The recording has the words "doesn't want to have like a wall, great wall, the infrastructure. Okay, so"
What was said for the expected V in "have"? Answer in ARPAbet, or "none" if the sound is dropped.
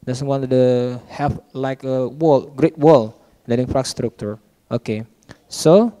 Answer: F